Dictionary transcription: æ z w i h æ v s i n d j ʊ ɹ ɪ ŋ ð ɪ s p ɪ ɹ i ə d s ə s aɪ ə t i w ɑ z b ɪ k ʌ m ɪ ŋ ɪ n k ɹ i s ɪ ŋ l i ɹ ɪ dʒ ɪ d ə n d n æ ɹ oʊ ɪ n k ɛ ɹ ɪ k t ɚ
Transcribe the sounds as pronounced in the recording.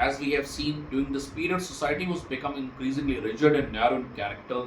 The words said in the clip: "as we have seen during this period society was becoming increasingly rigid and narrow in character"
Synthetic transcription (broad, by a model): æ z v i h æ v s i n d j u ɪ ŋ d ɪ s p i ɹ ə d s ə s aɪ ə t i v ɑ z b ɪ k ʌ m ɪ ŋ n k ɹ i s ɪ ŋ l i ɹ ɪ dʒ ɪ d ə n d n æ ɹ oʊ ɪ n k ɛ ɹ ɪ k t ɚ